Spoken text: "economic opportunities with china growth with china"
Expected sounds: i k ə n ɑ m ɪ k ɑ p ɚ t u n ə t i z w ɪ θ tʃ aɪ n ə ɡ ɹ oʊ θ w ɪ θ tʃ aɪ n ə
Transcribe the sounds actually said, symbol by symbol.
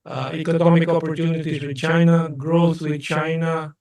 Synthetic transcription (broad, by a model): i k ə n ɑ m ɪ k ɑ p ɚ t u n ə t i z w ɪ tʃ aɪ n ə ɡ ɹ oʊ s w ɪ tʃ aɪ n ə